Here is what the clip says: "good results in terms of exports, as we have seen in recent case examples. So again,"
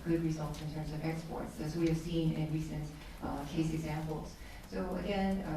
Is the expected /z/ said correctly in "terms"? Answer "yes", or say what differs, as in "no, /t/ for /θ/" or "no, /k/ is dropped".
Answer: yes